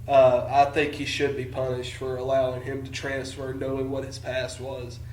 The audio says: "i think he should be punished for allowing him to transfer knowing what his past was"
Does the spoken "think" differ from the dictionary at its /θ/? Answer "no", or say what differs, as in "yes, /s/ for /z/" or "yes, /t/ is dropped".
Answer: no